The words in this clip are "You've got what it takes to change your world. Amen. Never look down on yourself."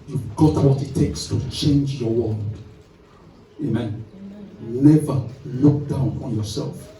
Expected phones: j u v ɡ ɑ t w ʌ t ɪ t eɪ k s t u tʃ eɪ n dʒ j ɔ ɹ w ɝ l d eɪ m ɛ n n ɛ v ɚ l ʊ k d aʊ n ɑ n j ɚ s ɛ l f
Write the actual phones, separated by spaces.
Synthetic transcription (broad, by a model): j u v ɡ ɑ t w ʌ t ɪ t eɪ k s t u tʃ eɪ n dʒ j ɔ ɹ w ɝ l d eɪ m ɛ n n ɛ v ɚ l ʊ k d aʊ n ɑ n j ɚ s ɛ l f